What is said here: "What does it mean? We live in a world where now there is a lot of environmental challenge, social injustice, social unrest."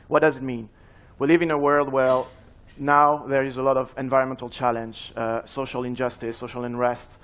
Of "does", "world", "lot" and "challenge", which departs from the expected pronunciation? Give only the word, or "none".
none